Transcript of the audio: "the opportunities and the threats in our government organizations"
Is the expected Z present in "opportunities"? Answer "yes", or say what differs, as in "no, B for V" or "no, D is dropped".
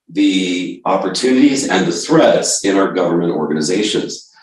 yes